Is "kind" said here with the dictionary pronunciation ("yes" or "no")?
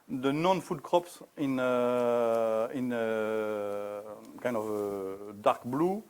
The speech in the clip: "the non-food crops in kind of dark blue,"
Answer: no